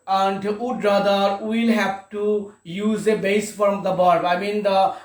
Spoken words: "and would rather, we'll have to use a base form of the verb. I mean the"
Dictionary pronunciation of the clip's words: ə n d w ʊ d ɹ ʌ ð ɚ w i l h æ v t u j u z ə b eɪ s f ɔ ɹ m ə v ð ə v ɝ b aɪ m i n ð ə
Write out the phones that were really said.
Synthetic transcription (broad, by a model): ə n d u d ɹ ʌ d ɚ w i l h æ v t u j u z ə b eɪ s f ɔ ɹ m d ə b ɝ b aɪ m i n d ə